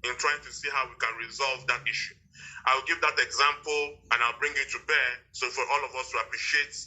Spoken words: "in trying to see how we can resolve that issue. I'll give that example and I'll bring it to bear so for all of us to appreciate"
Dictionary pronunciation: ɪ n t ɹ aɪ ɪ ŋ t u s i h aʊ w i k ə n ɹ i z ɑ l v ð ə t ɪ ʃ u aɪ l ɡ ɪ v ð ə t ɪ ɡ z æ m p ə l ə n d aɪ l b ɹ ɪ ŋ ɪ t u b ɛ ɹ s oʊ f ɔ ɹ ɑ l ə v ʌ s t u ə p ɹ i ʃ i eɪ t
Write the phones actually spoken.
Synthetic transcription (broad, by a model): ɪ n t ɹ aɪ ɪ ŋ t u s i h aʊ w i k ə n ɹ i z ɑ l v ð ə t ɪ ʃ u aɪ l ɡ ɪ v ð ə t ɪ ɡ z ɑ m p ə l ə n aɪ l b ɹ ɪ ŋ ɪ t u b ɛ s oʊ f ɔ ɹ ɑ l ə v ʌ s t u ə p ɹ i ʃ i eɪ t